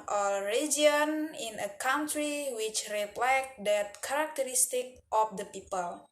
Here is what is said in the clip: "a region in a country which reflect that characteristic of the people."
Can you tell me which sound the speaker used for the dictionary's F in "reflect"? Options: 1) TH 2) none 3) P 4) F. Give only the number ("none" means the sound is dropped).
3